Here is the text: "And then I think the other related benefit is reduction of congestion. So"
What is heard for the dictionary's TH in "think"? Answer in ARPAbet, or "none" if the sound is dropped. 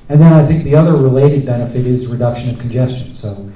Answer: TH